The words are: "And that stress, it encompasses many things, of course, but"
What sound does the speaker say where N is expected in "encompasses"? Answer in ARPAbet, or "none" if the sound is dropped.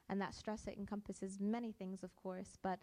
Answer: N